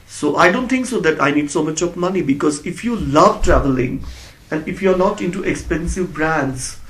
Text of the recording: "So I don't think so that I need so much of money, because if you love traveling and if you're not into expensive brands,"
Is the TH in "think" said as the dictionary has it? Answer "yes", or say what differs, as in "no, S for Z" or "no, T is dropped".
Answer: no, T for TH